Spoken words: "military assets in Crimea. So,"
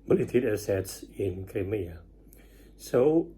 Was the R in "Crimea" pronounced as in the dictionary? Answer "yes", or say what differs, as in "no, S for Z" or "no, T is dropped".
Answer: no, R is dropped